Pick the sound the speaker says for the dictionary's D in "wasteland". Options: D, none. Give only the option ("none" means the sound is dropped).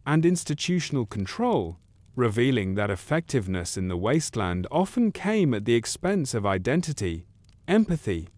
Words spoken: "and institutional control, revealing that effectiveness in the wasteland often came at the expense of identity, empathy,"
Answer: D